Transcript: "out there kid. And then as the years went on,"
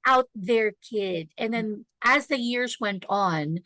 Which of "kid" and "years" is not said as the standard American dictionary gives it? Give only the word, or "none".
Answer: none